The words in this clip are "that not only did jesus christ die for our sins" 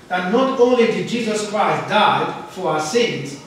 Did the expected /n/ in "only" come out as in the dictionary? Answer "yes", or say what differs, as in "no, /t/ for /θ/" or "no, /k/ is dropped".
yes